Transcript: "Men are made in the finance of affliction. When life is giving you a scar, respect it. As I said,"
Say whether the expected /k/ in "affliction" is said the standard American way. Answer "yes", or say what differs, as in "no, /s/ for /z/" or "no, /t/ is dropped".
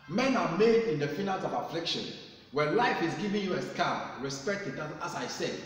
yes